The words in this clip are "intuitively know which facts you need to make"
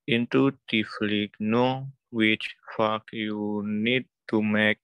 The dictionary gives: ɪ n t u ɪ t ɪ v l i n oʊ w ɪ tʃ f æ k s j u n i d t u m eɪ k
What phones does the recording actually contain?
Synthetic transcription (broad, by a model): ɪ n t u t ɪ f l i n oʊ w ɪ tʃ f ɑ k j u n i d t u m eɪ k